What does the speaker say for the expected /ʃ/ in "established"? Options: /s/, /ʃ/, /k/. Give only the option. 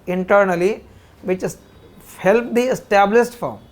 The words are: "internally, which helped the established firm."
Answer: /s/